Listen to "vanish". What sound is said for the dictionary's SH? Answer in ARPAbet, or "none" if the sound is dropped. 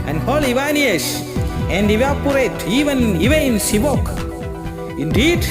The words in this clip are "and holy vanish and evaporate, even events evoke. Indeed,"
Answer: S